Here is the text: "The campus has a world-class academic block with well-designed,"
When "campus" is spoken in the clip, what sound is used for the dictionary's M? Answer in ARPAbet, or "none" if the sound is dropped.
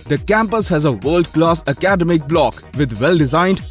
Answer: M